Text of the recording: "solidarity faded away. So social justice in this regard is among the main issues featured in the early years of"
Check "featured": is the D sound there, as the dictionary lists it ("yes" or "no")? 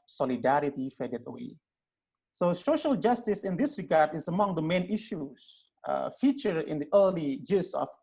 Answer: no